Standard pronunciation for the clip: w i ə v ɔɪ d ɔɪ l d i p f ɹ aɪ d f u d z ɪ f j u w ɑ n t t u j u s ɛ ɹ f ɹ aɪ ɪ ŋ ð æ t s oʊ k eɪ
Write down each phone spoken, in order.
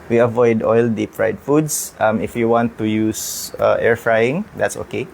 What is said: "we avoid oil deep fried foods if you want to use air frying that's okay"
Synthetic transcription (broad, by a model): w i ə v ɔɪ d ɔɪ l d i p f ɹ aɪ d f u d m ɪ f j u w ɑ n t t u j u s ɛ ɹ f ɹ aɪ ɪ ŋ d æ t s oʊ k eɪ